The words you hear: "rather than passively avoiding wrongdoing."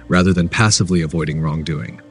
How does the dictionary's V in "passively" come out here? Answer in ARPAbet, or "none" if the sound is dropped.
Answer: V